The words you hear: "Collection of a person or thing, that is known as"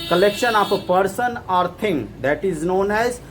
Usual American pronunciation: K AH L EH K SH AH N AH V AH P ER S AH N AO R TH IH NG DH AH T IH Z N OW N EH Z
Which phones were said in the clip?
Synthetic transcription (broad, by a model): K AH L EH K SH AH N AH P AH P ER S AH N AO R T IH NG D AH T IH Z N OW N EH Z